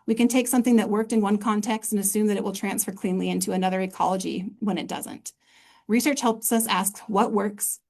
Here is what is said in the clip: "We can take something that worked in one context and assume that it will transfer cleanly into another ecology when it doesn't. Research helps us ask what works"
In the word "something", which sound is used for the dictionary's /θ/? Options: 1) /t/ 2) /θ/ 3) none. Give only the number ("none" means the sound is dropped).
2